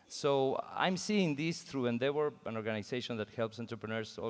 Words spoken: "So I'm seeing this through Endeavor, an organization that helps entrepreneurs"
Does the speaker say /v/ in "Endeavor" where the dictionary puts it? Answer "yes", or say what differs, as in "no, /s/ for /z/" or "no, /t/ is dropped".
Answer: no, /w/ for /v/